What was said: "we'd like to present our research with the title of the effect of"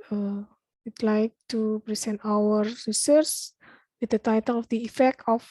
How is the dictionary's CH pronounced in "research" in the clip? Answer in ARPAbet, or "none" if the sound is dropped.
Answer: S